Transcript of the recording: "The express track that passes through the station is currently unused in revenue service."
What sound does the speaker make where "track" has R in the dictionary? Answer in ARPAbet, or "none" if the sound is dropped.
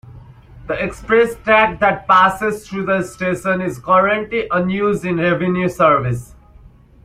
none